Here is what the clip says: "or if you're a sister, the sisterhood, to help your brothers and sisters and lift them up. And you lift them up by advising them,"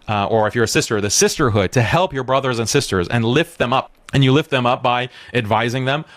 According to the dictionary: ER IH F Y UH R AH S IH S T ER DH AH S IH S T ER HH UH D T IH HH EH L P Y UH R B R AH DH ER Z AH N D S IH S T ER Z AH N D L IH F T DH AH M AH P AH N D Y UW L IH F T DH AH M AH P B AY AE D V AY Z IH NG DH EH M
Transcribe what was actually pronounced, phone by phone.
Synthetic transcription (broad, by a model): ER IH F Y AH R AH S IH S T ER DH AH S IH S T ER HH UH D T IH HH EH L P Y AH R B R AH DH ER Z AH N S IH S T ER Z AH N L IH F T DH AH M AH P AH N Y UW L IH F T DH AH M AH P B AY AE D V AY Z IH NG DH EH M